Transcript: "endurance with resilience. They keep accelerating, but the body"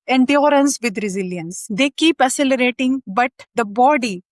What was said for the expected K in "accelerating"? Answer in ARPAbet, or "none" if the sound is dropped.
none